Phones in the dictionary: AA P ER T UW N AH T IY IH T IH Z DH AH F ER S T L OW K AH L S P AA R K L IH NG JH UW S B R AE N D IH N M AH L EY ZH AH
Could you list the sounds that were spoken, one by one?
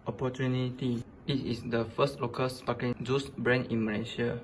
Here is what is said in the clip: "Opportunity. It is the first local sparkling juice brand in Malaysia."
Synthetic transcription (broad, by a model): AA P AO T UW N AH T IY IH T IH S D AH F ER S T L OW K AH L S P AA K IH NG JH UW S B R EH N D IH N M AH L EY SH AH